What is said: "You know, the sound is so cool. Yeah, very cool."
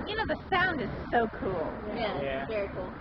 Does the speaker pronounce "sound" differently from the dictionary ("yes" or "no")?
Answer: no